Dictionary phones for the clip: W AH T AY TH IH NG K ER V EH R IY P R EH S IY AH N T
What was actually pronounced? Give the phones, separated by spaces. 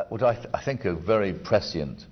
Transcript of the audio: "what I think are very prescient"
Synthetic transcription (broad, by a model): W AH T AY TH IH NG K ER V EH R IY P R EH S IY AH N T